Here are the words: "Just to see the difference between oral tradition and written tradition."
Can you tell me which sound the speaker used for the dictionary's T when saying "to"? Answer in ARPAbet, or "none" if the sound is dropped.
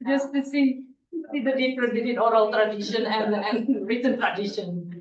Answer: S